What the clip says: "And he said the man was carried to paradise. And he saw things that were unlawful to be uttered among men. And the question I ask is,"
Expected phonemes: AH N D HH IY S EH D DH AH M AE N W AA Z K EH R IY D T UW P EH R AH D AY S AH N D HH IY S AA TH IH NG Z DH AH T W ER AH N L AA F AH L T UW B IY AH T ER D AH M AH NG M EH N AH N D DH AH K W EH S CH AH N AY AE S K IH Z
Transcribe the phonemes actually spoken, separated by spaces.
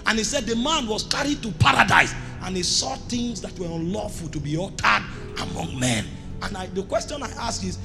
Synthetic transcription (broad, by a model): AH N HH IY S EH D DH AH M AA N W AA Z K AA R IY D T UW P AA R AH D AY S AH N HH IY S AA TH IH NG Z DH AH T W ER AH N L AA F AH L T UW B IY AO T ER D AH M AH NG M EH N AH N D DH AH K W EH S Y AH N AY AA S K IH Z